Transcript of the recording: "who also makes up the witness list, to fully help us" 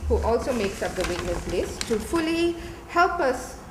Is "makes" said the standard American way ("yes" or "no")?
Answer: yes